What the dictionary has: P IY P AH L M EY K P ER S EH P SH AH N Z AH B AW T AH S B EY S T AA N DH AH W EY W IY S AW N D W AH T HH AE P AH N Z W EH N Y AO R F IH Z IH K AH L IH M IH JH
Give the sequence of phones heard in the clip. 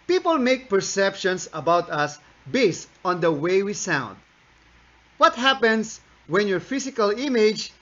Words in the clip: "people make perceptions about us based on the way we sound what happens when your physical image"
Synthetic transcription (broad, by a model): P IY P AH L M EY K P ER S EH P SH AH N S AH B AW T AH S B EY S T AA N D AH W EY W IY S AW N D W AH T HH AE P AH N S W EH N Y AO R F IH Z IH K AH L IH M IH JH